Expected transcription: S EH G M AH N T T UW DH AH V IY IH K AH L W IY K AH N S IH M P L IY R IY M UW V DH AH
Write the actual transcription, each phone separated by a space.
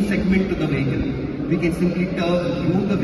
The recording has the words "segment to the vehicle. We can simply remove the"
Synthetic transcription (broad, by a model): S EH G M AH N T T UW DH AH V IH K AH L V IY K AH N S IH M P L IY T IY UW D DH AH